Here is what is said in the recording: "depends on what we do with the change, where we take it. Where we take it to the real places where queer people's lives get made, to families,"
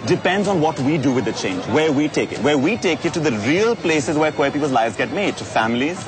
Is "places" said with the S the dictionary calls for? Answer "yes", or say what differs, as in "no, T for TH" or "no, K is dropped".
yes